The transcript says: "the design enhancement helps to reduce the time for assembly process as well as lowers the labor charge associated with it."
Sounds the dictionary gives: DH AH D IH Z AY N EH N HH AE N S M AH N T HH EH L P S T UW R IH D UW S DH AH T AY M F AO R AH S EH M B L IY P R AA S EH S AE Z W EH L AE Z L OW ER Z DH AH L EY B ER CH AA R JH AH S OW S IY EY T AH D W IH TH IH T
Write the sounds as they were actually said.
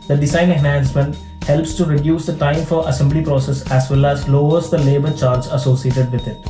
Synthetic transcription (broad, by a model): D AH D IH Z AY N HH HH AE N S M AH N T HH EH L P S T UW R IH D UW S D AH T AY M F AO R AH S EH M B L IY P R AA S EH S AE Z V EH L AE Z L OW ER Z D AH L EY B ER CH AA R Z AH S OW S IY EY T AH D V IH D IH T